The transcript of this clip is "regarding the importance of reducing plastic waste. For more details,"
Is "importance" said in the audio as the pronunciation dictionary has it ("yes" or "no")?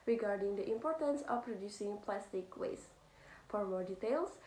yes